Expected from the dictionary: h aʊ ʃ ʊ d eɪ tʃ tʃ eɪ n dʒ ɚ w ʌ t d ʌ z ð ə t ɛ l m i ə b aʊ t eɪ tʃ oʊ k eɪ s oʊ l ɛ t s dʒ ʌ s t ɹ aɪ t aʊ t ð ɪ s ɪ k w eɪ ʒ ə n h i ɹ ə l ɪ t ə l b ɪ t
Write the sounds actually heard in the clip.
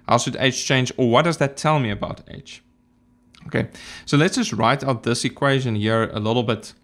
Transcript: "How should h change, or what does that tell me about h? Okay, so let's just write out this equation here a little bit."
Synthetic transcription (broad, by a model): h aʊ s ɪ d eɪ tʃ tʃ eɪ n dʒ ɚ w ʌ t d ʌ z ð ə t ɛ l m i ə b aʊ t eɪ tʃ oʊ k eɪ s oʊ l ɛ t s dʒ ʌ s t ɹ aɪ t aʊ t ð ɪ s ɪ k w eɪ ʒ ə n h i ɹ ə l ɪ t l b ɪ t